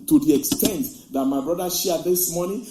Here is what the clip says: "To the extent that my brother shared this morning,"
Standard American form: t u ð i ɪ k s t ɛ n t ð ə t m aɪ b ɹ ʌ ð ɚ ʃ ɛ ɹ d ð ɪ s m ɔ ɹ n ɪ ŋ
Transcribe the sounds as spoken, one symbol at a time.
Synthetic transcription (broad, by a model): t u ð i ɪ k s t ɛ n t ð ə t m aɪ b ɹ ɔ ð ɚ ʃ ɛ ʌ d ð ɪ s m ɔ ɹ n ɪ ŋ